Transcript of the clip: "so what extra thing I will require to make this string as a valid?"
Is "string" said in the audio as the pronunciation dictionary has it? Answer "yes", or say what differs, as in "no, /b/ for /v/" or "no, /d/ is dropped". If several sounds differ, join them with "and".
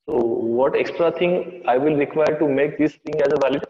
no, /ɹ/ is dropped